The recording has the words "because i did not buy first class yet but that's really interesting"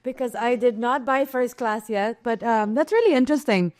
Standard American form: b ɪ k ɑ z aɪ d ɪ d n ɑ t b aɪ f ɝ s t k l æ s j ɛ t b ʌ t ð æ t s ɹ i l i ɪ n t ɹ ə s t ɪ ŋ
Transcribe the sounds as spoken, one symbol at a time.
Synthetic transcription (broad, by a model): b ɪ k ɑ z aɪ d ɪ d n ɑ t b aɪ f ɝ s t k l æ s j ɛ t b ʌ t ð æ t s ɹ i l i ɪ n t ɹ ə s t ɪ ŋ